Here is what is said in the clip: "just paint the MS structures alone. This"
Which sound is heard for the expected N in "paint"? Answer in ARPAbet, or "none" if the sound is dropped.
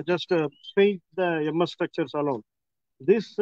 none